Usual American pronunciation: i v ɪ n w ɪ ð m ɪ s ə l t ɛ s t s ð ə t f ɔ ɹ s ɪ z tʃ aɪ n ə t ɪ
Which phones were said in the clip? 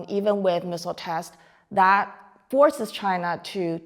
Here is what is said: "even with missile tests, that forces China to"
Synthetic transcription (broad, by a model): i v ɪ n w ɪ ð m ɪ s l t ɛ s s ð ə t f ɔ ɹ s ɪ z tʃ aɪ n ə t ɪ